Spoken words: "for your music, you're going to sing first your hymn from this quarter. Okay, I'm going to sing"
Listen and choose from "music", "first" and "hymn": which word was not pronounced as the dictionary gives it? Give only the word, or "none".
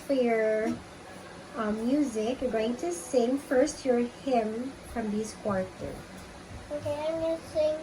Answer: none